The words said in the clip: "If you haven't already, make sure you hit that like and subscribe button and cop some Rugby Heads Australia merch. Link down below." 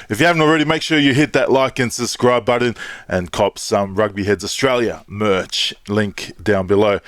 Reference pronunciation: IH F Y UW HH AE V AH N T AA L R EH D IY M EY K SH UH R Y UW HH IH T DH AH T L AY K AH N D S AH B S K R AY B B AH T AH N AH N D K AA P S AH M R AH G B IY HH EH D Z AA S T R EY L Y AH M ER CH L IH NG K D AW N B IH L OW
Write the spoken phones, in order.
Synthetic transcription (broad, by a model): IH F Y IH HH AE V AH N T L R EH D IY M EY K SH UH R Y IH HH IH T DH AH T L AY K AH N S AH S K R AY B B AH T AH N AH N K AA P S AH M R AH G B IY HH EH D Z AA S T R EY L Y AH M ER CH L IH NG K D AW N B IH L OW